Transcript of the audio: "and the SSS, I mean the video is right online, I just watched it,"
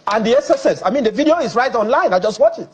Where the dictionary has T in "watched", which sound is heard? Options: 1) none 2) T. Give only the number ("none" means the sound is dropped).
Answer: 1